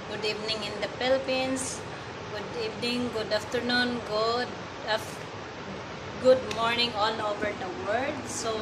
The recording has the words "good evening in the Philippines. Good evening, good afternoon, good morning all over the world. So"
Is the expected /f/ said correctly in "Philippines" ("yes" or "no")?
no